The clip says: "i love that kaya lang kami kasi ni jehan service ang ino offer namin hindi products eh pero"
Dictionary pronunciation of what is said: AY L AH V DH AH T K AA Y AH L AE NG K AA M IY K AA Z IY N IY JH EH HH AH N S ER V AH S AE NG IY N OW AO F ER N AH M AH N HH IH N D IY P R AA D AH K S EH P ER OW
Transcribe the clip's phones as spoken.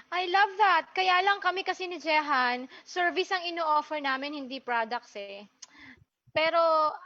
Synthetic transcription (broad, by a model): AY L AH V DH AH T K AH Y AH L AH NG K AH M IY K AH S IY N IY JH EH HH AH N S ER V AH S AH NG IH N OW AO F ER N AH M AH N HH IH N D IY P R AA D AH K S EH P ER OW